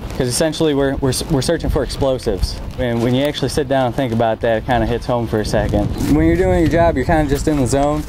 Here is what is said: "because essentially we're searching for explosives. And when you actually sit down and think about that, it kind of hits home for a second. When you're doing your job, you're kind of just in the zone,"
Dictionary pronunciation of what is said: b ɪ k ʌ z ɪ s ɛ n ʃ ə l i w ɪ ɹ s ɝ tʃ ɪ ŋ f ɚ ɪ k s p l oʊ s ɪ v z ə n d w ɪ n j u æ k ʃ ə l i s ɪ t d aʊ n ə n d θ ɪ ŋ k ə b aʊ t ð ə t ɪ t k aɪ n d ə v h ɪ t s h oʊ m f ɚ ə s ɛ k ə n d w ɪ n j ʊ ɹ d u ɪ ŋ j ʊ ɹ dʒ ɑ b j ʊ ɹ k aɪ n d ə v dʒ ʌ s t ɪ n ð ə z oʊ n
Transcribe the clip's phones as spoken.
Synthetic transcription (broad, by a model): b k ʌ z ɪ s ɛ n ʃ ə w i w ɪ ɹ s ɝ tʃ ɪ ŋ f ɚ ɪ k s p l oʊ s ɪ v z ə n w ɪ n j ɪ æ k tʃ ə l i s ɪ t d aʊ n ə n θ ɪ ŋ k ə b aʊ t ð ə t ɪ t k aɪ n d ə h ɪ t s h oʊ m f ɚ ə s ɛ k ə n d w ɪ n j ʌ ɹ d u ɪ ŋ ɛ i dʒ ɑ b j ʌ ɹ k aɪ n d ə dʒ ʌ s t ɪ n ð ə z oʊ n